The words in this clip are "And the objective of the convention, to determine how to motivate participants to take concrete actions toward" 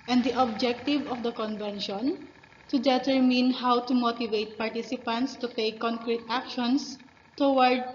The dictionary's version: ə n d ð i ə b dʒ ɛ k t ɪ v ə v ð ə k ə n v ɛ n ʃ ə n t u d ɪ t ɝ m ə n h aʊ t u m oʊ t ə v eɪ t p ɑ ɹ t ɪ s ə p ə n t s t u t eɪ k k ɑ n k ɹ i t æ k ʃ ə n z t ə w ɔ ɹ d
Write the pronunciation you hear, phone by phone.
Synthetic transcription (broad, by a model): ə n d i ə b dʒ ɛ k t ɪ v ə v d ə k ə n v ɛ n ʃ ə n t u d ɪ t ɝ m ə n h aʊ t u m oʊ t ə v eɪ t p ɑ ɹ t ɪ s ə p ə n t s t u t eɪ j k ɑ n k ɹ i t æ k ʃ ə n s t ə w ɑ ɹ d